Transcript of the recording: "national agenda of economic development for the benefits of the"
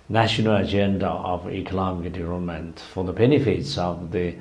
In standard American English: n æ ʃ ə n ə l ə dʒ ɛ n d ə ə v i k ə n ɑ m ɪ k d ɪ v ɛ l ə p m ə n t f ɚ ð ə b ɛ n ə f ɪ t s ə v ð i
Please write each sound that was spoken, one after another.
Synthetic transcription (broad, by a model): n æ ʃ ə n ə l ə dʒ ɛ n d ə ə v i k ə l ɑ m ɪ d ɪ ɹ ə m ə n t f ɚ ð ə b ɛ n ə f ɪ t s ə v ð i